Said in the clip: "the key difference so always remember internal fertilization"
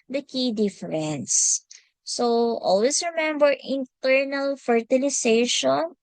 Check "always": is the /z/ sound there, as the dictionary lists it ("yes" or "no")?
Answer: no